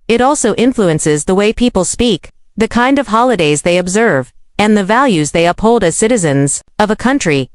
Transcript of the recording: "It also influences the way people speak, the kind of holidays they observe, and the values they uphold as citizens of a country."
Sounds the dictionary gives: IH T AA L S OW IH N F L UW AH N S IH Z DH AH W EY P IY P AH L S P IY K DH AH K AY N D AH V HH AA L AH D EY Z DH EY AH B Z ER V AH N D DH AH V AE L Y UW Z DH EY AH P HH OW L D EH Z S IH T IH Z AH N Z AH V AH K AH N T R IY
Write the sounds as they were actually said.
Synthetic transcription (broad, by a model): IH T AA L S OW IH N F L UW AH N S IH Z DH AH W EY P IY P L S P IY K DH AH K AY N D AH V HH AA L AH D EY Z DH EY AH B Z ER V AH N DH AH V AE L Y UW Z DH EY AH P HH OW L D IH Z S IH T IH Z AH N Z AH V AH K AH N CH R IY